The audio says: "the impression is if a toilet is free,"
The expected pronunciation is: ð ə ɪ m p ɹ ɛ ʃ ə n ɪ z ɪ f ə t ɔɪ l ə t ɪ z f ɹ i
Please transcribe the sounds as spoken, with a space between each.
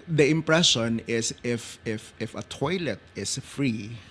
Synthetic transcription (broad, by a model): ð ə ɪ m p ɹ ɛ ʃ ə n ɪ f ɪ f ə t ɔɪ l ə t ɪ s f ɹ i